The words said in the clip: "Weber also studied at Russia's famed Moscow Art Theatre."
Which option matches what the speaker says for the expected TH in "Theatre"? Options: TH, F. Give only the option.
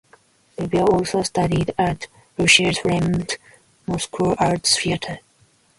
F